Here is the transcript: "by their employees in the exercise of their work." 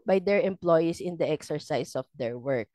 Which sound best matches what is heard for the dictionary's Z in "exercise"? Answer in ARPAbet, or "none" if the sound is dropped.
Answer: S